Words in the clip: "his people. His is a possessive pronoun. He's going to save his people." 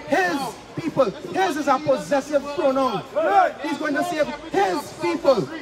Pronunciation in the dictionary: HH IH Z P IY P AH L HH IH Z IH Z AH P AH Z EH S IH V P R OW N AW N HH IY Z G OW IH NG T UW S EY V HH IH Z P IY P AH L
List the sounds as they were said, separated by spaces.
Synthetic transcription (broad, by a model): HH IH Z P IY P AH L HH IH Z IH Z AH P AH Z EH S IH V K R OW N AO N HH IY Z G OW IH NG T UW S EY V HH IH Z P IY P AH L